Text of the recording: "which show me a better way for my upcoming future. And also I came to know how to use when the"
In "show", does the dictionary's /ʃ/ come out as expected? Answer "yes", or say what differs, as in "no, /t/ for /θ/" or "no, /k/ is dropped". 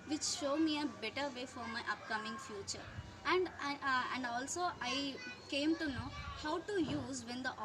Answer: yes